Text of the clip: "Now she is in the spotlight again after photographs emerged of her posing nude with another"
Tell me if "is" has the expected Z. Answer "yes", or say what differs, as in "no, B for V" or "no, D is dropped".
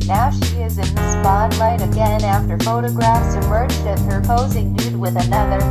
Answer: yes